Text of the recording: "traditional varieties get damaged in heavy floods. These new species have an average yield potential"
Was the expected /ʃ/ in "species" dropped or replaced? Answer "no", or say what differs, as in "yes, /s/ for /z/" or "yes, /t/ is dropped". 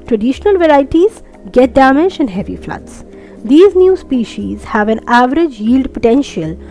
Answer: no